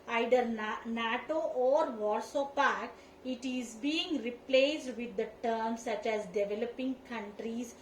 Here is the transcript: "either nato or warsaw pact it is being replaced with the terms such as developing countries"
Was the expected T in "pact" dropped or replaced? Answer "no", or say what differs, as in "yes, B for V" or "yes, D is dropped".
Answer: yes, T is dropped